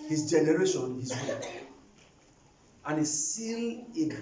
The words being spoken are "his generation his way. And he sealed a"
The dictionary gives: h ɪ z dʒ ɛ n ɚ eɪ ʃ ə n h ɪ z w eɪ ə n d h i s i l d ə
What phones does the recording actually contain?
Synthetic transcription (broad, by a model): h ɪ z dʒ ɛ n ɚ eɪ ʃ ə n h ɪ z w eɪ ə n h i s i l ə